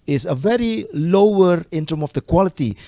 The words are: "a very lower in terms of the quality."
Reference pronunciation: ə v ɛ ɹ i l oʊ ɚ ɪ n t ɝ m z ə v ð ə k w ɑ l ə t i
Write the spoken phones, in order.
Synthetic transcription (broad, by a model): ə v ɛ ɹ i l oʊ ɚ ɪ n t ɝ m ə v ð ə k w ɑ l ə t i